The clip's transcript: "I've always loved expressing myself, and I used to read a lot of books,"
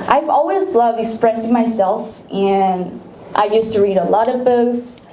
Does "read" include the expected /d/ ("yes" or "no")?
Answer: yes